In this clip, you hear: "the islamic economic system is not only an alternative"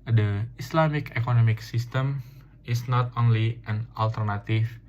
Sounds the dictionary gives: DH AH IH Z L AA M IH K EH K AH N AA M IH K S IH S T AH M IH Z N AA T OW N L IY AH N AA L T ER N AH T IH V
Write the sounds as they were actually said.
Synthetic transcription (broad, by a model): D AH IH S L AA M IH K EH K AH N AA M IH K S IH S T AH M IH S N AA T OW N L IY AH N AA L T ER N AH T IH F